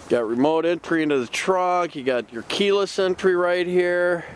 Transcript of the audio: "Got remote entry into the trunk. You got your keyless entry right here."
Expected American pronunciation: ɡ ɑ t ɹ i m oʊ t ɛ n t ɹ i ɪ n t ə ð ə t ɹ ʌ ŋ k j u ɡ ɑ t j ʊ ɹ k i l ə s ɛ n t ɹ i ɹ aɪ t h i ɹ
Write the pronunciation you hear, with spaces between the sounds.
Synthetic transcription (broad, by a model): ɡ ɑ t ɹ i m oʊ t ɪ n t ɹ i ɪ n t ə ð ə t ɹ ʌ k j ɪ ɡ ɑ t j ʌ ɹ k i l ə s ɛ n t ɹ i ɹ aɪ t h i ɹ